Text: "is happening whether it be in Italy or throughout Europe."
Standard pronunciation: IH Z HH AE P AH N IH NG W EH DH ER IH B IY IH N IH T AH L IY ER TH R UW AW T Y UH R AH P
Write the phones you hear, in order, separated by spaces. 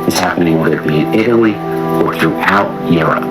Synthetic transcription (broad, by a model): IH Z HH AE P AH N IH NG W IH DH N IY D IH T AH L IY ER TH R UW AW T Y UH R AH P